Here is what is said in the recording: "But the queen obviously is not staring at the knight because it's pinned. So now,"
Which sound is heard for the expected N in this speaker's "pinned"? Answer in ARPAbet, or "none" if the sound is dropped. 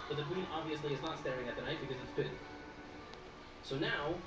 none